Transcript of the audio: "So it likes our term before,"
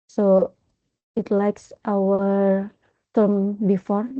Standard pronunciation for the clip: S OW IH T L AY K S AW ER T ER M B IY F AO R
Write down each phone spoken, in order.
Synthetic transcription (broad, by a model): S OW IH T L AY K S AW ER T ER M B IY F AO R